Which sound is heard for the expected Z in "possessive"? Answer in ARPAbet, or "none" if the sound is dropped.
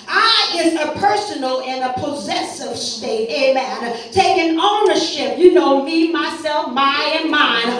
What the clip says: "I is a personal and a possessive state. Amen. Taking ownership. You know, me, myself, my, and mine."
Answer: Z